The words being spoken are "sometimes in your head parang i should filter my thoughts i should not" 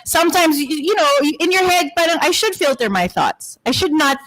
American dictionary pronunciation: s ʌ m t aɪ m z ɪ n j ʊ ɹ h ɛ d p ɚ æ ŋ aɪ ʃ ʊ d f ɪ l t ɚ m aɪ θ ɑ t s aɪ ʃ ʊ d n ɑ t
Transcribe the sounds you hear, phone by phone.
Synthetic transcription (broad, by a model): s ʌ m t aɪ m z ɪ n j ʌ ɹ h ɛ d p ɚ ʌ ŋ aɪ ʃ ʊ d f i l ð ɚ m aɪ θ ɑ t s aɪ ʃ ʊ d n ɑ t